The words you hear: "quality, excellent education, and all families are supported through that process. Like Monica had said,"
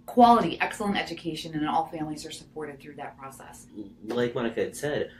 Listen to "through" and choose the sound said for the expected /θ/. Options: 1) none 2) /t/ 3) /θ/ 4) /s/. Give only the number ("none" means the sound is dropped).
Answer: 3